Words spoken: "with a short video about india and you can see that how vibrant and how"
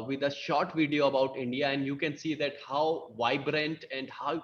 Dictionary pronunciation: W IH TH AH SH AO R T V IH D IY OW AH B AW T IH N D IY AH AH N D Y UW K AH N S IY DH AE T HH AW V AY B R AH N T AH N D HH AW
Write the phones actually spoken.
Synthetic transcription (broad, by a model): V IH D AH SH AO R T V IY D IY OW AH B AW T IH N D IY AH AH N D Y UW K AH N S IY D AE T HH AW V AY B R AH N T AH N D HH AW